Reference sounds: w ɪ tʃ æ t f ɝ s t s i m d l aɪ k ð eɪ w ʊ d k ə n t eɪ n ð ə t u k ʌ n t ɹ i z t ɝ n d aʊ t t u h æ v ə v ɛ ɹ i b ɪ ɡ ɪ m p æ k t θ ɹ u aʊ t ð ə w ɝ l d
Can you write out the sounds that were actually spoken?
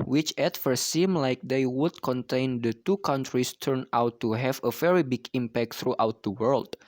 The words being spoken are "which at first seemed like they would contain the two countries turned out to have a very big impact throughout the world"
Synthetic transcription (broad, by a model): w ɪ tʃ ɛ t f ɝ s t s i m l aɪ k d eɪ w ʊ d k ə n t eɪ n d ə t u k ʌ n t ɹ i s t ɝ n aʊ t t u h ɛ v ə v ɛ ɹ i b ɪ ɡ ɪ m p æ k t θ ɹ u aʊ t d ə w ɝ l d